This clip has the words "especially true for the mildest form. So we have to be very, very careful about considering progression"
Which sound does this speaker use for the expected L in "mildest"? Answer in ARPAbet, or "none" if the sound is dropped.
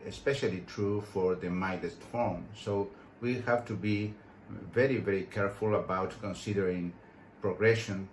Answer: none